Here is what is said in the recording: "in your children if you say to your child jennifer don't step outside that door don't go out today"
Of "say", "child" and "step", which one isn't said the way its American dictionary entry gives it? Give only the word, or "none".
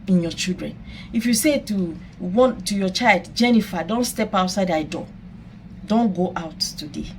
none